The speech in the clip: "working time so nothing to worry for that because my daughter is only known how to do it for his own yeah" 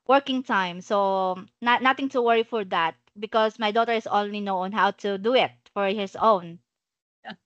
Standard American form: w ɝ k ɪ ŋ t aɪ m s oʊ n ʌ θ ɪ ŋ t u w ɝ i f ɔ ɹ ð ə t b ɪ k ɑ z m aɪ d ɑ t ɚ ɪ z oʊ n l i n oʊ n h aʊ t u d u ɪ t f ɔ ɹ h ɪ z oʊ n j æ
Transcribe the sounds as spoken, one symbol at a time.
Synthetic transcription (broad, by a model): w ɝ k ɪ ŋ t aɪ m s oʊ n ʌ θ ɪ ŋ t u w ɝ i f ɔ ɹ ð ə t b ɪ k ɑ s m aɪ d ɑ t ɚ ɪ s oʊ n l i n oʊ n h aʊ t u d u ɪ t f ɔ ɹ h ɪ s oʊ n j